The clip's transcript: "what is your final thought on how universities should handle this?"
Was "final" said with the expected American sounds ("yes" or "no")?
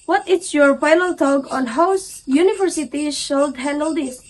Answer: no